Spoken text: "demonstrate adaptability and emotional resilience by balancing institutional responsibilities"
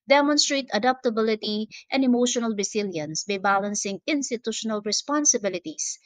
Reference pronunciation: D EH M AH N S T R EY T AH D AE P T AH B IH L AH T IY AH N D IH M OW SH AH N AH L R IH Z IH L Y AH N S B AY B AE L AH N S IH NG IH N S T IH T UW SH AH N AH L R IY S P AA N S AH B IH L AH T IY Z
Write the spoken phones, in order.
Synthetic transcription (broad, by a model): D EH M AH N S T R EY T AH D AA P T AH B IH L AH T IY AH N D IH M OW SH AH N AH L R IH S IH L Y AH N S B AY B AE L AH N S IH NG IH N S T IH T UW SH AH N AH L R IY S P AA N S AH B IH L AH T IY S